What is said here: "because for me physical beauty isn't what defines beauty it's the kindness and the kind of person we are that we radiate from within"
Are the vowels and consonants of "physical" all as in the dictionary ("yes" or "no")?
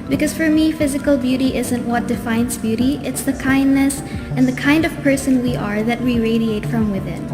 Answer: yes